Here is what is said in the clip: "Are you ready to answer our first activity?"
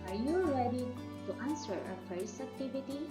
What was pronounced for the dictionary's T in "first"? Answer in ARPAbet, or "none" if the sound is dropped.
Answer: none